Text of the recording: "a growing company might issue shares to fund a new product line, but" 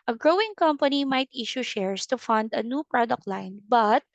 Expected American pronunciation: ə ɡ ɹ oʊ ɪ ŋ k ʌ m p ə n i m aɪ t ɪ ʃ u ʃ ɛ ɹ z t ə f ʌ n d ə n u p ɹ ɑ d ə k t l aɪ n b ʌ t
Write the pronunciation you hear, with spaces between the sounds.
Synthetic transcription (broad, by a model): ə ɡ ɹ oʊ ɪ ŋ k ʌ m p ə n i m aɪ t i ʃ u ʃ ɛ ɹ s t ə f ʌ n d ə n u p ɹ ɑ d ə k t l aɪ n b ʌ t